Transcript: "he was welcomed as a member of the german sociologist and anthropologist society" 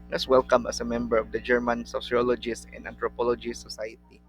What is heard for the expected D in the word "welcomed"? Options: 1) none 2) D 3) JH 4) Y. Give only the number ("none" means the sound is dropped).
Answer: 1